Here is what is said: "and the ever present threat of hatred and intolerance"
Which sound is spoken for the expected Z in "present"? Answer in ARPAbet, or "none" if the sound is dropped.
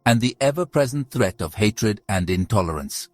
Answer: Z